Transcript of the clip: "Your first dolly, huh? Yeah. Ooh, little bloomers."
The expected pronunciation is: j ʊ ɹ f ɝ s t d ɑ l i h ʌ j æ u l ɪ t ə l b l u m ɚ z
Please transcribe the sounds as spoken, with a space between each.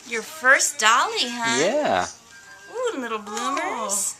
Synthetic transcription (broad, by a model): j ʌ ɹ f ɝ s d ɑ l i h ʌ j æ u l ɪ t l b l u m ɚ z